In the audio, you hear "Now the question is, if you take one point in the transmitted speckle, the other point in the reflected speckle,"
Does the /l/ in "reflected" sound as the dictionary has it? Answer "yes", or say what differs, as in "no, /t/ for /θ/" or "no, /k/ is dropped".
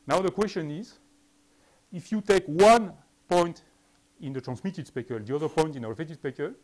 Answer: no, /l/ is dropped